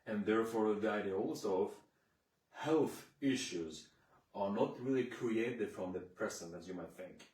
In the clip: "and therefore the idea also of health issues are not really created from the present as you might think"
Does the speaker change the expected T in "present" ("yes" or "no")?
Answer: yes